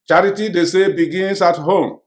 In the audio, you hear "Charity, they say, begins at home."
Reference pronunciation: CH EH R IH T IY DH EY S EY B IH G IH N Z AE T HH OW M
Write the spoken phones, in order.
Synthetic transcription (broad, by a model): CH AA R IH T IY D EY S EY B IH G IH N S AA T HH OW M